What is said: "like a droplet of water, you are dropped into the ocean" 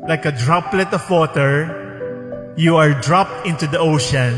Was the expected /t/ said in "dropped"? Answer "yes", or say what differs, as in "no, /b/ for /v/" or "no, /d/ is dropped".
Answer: yes